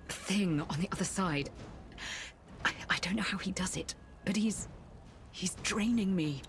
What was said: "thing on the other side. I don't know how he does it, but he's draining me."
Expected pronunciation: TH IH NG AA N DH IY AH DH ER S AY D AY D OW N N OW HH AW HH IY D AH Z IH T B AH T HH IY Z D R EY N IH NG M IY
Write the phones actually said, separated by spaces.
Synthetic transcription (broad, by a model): TH IH NG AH N DH IY AH DH ER S AY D AY D OW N N OW HH AW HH IY D AH Z IH T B AH T HH IY Z D R EY N IH NG M IY